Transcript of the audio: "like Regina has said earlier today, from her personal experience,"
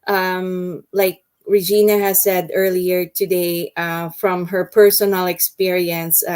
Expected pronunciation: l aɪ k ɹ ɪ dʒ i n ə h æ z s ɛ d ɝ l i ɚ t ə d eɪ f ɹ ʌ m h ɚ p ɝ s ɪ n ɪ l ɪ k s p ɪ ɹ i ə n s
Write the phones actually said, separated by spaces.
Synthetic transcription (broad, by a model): l aɪ k ɹ ɪ dʒ i n ə h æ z s ɛ d ɝ l i ɚ t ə d eɪ f ɹ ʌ m h ɚ p ɝ s ɪ n ɪ l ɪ k s p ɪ ɹ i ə n s